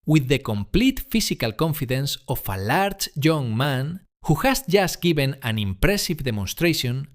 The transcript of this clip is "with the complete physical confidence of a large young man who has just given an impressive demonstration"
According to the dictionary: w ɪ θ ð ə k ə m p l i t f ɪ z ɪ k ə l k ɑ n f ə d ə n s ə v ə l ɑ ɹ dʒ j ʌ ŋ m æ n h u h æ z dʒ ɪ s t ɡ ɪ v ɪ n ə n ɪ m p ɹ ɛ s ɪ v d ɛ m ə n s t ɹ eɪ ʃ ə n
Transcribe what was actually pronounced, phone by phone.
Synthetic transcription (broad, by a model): w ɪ ð ə k ə m p l i t f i s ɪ k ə l k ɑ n f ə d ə n s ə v ə l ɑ ɹ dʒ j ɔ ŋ m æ n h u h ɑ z dʒ ɪ s t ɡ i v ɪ n ə n ɪ m p ɹ ɛ s ɪ v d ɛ m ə n s t ɹ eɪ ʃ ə n